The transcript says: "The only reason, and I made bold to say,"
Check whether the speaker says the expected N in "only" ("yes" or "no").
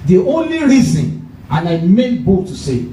yes